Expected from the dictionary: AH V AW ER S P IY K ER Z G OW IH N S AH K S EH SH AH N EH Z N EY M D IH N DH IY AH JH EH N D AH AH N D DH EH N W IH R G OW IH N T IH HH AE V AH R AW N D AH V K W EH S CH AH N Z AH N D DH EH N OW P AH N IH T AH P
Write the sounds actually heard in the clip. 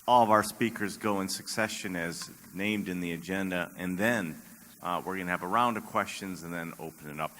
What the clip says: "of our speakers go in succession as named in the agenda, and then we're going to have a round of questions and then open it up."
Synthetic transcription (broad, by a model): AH V AW ER S P IY K ER Z G OW IH N S AH K S EH SH AH N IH Z N EY M D IH N DH IY AH JH EH N D AH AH N DH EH N W IH R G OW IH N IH V AH R AW N D AH V K W EH S CH AH N Z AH N DH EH N OW P AH N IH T AH P